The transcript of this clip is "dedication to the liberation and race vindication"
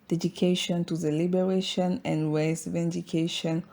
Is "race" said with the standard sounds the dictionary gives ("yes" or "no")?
no